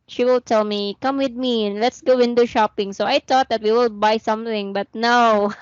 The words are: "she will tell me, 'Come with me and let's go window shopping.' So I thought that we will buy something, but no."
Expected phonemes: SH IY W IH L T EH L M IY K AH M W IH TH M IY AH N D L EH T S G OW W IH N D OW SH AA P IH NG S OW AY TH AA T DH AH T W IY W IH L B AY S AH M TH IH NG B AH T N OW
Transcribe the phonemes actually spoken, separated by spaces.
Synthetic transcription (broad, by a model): SH IY W IH L T EH L M IY K AH M W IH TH M IY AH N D L EH T S G OW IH N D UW SH AA P IH NG S OW AY T AA T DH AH T W IY W IH L B AY S AH M TH IH NG B AH T N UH